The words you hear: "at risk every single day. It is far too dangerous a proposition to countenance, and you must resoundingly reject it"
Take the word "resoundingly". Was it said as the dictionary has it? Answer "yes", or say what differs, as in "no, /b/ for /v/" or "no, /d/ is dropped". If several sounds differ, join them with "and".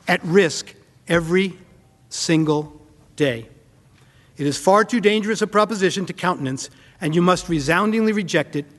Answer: yes